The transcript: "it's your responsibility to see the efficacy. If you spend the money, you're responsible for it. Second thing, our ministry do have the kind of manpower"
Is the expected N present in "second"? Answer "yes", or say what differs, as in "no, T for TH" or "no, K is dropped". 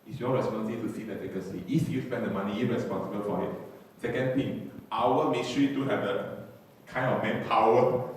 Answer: yes